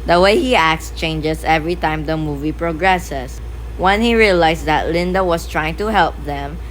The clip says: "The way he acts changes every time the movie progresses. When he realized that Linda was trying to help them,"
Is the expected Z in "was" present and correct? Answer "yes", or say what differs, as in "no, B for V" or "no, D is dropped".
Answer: no, S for Z